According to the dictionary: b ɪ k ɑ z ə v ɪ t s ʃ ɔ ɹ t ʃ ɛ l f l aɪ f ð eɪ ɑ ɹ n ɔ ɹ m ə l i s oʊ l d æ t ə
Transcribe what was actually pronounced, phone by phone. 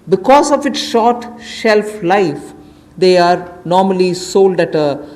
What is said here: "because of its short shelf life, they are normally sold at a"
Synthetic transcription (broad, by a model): b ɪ k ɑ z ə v ɪ t s ʃ ɔ ɹ t ʃ ɛ l f l aɪ f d eɪ ɑ ɹ n ɔ ɹ m ə l i s oʊ l d æ t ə